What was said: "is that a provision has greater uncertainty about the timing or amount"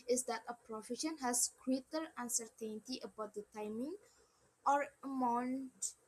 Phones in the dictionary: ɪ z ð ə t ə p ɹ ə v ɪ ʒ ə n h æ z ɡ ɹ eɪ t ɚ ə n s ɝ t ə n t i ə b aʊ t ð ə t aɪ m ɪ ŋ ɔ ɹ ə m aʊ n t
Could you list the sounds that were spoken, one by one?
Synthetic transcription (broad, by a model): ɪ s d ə t ə p ɹ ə f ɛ ʃ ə n h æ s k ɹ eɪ t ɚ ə n s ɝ t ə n t i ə b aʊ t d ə t aɪ m ɪ ŋ ɔ ɹ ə m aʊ n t